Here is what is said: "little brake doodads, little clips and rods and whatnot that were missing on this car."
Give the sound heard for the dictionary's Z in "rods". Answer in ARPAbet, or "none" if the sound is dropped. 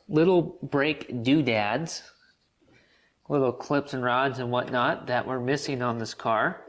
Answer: Z